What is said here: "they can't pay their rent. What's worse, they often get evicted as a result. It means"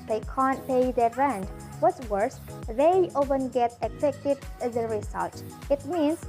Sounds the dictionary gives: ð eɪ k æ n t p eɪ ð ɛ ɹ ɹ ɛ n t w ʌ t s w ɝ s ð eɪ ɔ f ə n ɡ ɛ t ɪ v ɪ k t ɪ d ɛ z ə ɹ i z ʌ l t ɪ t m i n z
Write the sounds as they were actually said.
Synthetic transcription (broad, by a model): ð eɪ k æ n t p eɪ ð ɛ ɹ ɹ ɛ n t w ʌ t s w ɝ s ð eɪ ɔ p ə n ɡ ɛ t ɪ f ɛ k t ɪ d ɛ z ə ɹ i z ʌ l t ɪ t m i n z